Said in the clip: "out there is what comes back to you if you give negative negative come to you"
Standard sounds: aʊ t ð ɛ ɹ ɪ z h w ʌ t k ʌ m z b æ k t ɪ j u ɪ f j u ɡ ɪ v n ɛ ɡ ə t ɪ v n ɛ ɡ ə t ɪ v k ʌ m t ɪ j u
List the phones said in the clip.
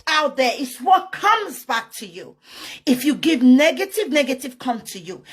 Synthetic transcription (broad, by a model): aʊ t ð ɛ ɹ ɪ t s w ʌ t k ʌ m z b æ k t ɪ j u ɪ f j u ɡ ɪ v n ɛ ɡ ə t ɪ v n ɛ ɡ ə t ɪ v k ʌ m t ɪ j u